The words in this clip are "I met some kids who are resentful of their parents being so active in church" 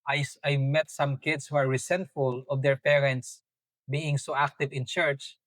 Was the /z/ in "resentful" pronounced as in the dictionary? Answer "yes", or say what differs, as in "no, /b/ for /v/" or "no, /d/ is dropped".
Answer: no, /s/ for /z/